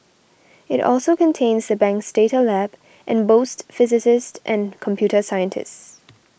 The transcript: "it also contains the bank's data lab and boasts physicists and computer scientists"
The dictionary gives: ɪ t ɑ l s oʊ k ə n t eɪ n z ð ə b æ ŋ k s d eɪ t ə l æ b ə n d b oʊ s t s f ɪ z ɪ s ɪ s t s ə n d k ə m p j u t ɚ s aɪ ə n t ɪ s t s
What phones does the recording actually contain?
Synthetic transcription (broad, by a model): ɪ t ɑ l s oʊ k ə n t eɪ n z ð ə b æ ŋ k s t eɪ t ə l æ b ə n b oʊ s t f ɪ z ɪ s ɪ s t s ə n k ə m p j u t ɚ s aɪ ə n t ɪ s t s